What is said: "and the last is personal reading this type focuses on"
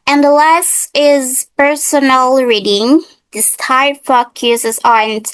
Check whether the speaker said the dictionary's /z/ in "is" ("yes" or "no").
yes